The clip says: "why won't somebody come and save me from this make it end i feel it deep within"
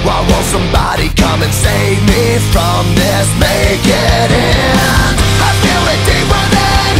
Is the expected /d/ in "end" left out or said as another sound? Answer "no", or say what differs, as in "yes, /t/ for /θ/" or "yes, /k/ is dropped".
yes, /d/ is dropped